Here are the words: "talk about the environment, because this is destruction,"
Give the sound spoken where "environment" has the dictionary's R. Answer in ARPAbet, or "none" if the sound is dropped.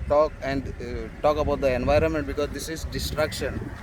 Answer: R